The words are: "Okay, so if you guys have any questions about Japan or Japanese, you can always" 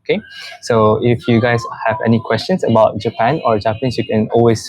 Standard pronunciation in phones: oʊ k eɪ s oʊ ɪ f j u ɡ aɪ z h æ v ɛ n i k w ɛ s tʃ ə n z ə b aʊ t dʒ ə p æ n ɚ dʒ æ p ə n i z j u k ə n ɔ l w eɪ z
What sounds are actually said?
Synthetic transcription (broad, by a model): k eɪ s oʊ ɪ f j u ɡ aɪ s h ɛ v ɛ n i k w ɛ s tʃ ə n s ə b aʊ t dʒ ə p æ n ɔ dʒ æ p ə n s j u k ə n ɔ l w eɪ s